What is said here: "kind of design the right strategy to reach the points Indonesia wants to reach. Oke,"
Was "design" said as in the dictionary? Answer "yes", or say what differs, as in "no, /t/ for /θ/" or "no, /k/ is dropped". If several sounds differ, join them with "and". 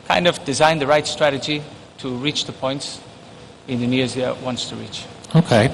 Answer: yes